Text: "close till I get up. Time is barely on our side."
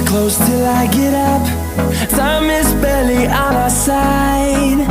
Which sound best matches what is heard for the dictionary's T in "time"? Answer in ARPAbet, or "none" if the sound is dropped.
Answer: S